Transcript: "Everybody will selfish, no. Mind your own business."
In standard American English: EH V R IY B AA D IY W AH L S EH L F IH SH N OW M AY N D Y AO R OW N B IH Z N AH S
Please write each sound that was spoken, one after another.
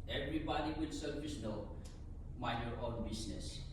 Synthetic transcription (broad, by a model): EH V R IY B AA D IY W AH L S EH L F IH S N OW M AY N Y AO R OW N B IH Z N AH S